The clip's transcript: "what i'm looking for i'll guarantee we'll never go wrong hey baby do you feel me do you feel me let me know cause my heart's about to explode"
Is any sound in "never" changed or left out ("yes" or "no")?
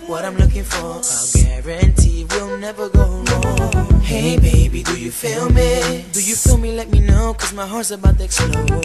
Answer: no